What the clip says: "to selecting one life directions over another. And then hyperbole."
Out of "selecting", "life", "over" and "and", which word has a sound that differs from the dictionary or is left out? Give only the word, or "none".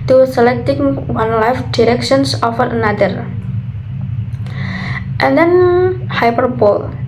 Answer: over